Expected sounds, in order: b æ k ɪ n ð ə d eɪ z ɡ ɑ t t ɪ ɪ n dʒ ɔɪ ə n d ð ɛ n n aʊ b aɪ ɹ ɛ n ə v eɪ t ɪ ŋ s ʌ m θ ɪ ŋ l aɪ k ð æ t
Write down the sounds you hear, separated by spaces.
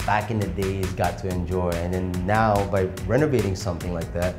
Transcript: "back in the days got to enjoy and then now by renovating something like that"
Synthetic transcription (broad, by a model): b æ k ɪ n ð ə d eɪ z ɡ ɑ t t ɪ ɪ n dʒ ɔɪ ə n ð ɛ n n aʊ b aɪ ɹ ɛ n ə v eɪ t ɪ ŋ s ʌ m θ ɪ ŋ l aɪ k ð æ t